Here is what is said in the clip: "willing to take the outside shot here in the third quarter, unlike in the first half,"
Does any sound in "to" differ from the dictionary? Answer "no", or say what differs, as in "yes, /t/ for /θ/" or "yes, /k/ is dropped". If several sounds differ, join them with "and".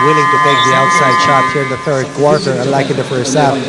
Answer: no